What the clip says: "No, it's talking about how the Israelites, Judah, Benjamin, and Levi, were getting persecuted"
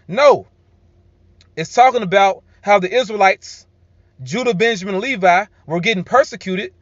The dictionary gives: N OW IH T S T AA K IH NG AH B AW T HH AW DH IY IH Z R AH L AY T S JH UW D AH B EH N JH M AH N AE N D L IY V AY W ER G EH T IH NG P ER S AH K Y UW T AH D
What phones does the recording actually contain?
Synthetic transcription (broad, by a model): N OW IH T S T AA K IH NG AH B AW T HH AW DH IY IH Z R AH L AY T S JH UW D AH B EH N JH AH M N L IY V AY W ER G EH T IH NG P ER S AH K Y UW T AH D